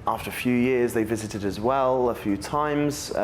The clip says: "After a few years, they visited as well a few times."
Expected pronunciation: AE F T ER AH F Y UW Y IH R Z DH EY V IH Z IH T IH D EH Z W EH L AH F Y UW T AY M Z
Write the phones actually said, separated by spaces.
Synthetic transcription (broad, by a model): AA F T ER AH F Y UW Y IH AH Z DH EY V IH Z IH T IH D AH Z W EH L AH F Y UW T AY M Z